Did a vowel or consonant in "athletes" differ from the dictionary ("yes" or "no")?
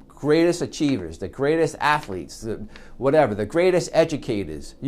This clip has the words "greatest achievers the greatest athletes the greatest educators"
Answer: no